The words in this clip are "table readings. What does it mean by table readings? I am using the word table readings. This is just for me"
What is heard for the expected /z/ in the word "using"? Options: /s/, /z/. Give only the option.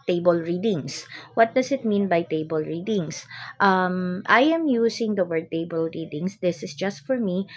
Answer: /s/